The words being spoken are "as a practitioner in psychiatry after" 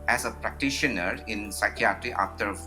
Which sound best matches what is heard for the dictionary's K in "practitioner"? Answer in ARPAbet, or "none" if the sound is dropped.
K